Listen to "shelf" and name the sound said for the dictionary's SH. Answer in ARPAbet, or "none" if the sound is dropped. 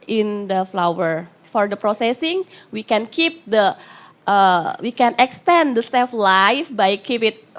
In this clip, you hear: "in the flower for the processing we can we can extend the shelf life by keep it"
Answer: S